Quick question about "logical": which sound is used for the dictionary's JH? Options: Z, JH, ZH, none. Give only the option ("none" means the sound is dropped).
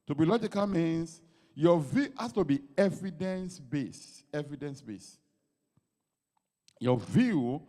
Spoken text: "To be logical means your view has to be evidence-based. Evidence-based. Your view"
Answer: JH